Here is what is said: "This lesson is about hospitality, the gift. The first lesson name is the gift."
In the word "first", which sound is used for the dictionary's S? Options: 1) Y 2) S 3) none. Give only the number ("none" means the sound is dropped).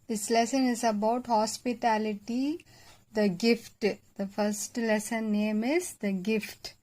2